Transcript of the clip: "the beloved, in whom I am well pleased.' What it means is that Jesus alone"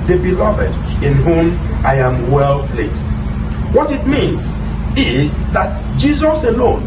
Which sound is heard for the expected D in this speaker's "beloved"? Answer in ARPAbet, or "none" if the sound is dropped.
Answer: D